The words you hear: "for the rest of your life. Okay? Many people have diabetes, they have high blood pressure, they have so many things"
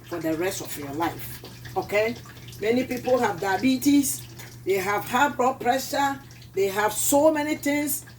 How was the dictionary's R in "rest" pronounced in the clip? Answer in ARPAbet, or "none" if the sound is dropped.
R